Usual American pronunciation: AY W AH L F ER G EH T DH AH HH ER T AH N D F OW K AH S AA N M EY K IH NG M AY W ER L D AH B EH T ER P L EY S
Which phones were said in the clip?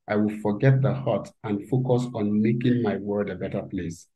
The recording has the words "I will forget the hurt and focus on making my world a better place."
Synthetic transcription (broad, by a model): AY W AH L F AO G EH T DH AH HH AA T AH N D F OW K AH S AA N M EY K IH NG M AY W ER D AH B EH T ER P L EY S